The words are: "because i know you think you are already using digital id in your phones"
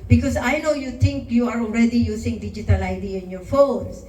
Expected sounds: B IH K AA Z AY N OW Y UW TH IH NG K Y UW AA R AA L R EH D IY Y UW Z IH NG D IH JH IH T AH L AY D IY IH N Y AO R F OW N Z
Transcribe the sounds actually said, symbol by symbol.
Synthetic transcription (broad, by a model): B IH K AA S AY N OW Y UW T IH NG K Y UW AA R AA L R EH D IY Y UW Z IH NG D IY JH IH T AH L AY D IY IH N Y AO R F OW N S